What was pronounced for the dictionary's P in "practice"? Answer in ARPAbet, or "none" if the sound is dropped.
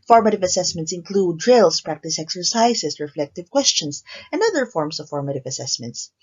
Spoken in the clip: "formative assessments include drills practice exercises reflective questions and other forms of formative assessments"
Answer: P